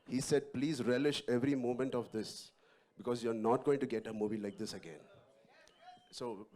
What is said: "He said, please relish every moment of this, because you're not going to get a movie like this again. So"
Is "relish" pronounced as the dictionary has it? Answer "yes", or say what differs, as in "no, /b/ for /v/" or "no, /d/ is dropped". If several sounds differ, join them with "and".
yes